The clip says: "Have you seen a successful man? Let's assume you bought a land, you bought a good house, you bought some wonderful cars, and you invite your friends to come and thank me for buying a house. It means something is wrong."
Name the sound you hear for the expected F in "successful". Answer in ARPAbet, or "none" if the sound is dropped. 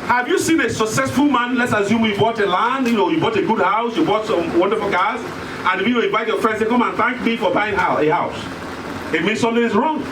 F